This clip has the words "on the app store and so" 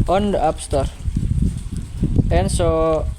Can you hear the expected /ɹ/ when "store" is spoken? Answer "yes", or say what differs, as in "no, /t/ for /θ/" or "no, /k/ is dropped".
yes